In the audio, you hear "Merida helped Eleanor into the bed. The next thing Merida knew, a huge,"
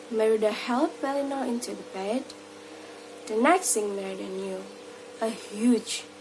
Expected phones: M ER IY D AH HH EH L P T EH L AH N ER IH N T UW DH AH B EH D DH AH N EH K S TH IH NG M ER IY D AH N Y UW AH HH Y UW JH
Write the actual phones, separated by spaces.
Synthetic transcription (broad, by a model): M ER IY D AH HH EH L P EH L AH N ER IH N T UW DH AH B EH D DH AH N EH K S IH NG M ER IY D AH N Y UW AH HH Y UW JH